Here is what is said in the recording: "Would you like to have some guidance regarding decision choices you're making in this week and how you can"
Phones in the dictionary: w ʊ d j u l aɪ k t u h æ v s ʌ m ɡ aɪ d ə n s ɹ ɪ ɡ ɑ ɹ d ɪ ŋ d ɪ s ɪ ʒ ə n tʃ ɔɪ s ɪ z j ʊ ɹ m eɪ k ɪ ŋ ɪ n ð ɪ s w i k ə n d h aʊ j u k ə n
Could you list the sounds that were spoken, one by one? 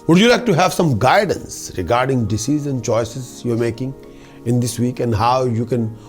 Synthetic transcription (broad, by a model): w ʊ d j u l aɪ k t u h æ v s ʌ m ɡ aɪ d ə n s ɹ ɪ ɡ ɑ ɹ d ɪ ŋ d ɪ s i z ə n tʃ ɔɪ s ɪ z j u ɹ m eɪ k ɪ ŋ ɪ n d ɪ s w i k ə n d h aʊ j u k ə n